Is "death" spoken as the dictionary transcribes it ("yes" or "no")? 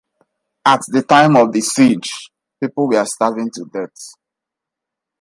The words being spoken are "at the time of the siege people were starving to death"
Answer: no